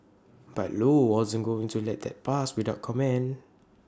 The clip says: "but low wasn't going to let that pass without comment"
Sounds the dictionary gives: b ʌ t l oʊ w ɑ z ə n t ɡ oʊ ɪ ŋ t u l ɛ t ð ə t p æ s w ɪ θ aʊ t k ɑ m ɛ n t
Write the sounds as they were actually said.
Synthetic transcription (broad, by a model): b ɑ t l oʊ w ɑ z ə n ɡ oʊ ɪ ŋ t u l ɛ t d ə t p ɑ s w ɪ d aʊ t k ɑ m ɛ n